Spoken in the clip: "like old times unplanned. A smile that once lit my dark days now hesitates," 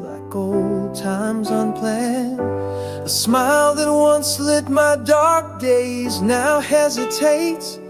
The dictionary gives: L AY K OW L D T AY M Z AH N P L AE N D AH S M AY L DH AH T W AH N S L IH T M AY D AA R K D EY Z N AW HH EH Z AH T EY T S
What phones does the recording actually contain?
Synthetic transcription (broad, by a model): L AY K OW L D T AY M Z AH N P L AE N AH S M AY L DH AH T W AH N S L IH T M AY D AA R K D EY Z N AW HH EH Z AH T EY T S